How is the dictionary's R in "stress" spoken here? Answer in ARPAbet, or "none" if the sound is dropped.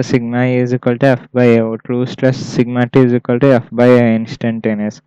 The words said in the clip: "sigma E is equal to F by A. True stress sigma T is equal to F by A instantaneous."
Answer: L